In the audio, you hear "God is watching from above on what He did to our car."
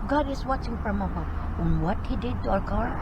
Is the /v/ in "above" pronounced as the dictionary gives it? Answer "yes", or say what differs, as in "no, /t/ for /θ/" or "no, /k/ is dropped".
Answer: no, /v/ is dropped